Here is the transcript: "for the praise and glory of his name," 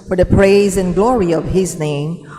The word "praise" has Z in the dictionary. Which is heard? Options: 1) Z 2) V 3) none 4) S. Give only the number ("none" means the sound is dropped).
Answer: 1